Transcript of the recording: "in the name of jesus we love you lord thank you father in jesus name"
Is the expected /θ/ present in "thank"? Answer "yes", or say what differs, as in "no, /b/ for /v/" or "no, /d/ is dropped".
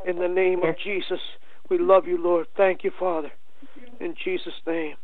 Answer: yes